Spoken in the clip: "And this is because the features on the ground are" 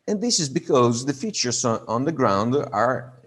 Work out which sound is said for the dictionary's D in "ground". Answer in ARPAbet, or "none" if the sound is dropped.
D